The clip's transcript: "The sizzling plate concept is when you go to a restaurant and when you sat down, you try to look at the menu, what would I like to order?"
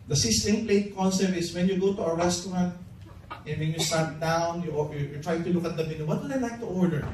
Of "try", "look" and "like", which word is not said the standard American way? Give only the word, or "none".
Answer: like